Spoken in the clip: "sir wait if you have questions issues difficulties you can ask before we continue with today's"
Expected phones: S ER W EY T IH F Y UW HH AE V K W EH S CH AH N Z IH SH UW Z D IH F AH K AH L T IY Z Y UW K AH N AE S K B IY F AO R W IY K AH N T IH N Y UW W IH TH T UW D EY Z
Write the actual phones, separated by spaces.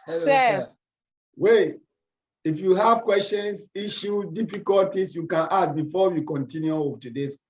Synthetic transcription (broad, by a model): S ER W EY IH F Y UW HH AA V K W EH S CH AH N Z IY SH UW D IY F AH K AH L T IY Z Y UW K AH N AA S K B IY F AO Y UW K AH N T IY N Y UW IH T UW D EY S